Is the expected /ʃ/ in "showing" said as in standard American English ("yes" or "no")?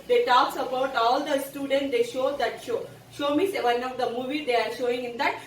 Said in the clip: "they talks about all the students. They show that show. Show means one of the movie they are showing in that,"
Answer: yes